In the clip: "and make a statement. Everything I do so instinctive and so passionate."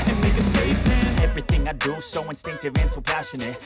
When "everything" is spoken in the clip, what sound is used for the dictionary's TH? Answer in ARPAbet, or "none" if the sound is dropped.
TH